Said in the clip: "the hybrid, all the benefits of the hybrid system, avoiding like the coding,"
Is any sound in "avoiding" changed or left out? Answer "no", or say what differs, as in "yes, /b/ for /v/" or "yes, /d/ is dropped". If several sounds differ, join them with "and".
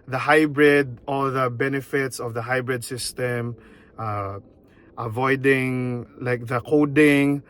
no